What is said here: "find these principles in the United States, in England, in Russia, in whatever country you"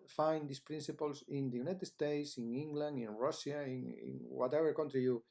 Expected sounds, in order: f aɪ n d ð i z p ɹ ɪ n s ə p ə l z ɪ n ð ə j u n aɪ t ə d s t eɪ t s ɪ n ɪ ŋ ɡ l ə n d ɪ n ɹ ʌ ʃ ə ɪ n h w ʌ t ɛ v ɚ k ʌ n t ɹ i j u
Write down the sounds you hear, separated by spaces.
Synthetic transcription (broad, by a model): f aɪ n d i s p ɹ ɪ n s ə p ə l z ɪ n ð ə j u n aɪ t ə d s t eɪ t s ɪ n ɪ ŋ ɡ l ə n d ɪ n ɹ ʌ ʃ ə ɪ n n w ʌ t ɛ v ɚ k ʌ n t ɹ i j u